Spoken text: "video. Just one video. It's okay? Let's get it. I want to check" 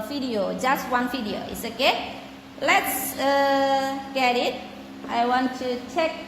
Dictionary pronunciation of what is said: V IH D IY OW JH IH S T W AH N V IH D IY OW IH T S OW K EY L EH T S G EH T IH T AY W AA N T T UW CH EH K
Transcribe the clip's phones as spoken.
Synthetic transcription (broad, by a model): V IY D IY OW JH IH S T W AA N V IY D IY OW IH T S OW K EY L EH T S G EH T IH T AY W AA N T T UW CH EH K